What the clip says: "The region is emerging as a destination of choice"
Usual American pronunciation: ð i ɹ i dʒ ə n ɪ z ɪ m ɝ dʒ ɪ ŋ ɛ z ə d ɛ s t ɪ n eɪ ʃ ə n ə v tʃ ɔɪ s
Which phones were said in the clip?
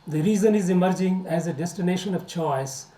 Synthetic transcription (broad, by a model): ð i ɹ i z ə n ɪ z ɪ m ɝ dʒ ɪ ŋ ɛ z ə d ɛ s t ɪ n eɪ ʃ ə n ə v tʃ ɔɪ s